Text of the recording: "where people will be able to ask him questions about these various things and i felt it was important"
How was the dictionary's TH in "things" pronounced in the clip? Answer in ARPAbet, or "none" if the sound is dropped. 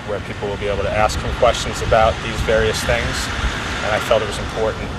TH